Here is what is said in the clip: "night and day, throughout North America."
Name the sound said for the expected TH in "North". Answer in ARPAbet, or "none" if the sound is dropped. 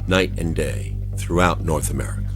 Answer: TH